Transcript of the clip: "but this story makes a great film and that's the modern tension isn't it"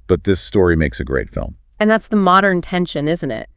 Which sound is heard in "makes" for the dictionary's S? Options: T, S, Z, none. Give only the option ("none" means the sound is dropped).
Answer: S